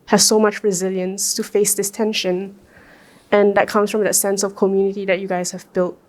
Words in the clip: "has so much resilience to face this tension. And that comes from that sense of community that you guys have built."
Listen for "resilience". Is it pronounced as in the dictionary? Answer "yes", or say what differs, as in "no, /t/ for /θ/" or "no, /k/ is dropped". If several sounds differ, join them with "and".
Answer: yes